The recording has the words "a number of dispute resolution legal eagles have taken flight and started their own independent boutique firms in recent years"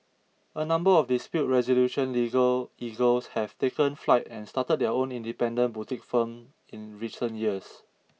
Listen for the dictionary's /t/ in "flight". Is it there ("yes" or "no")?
yes